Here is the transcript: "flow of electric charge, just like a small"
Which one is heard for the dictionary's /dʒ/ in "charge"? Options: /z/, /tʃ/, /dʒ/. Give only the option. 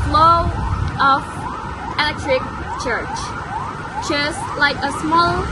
/tʃ/